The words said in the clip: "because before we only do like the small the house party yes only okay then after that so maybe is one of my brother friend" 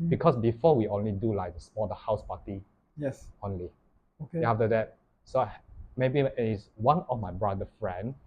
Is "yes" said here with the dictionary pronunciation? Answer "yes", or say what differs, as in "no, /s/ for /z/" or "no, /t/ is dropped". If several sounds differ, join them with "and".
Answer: yes